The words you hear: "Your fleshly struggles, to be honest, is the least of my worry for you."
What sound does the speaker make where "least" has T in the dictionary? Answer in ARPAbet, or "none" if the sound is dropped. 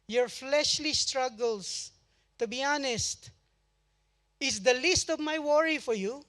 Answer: T